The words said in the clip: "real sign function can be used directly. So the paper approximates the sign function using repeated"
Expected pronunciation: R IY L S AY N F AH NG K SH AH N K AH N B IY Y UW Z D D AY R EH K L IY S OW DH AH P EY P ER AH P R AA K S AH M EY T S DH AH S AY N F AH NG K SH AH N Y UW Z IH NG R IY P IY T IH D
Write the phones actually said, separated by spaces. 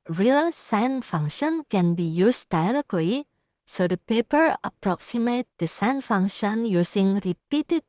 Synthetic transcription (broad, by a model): R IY L S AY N F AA NG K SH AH N K AH N B IY Y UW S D D AY R EH K L IY S OW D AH P EY P ER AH P R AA K S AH M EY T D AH S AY N F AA NG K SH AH N Y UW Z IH NG R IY P IY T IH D